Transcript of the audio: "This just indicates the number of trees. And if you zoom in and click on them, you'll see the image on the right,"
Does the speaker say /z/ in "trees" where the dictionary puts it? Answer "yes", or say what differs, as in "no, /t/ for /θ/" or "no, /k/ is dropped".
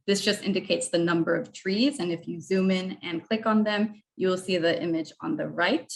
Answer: yes